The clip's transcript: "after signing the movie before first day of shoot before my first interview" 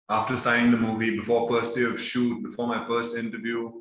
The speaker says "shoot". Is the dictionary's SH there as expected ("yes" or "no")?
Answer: yes